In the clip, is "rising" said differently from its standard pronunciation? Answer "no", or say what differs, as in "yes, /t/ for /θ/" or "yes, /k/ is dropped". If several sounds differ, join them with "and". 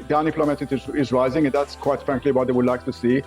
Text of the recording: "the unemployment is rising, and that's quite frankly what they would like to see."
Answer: yes, /l/ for /ɹ/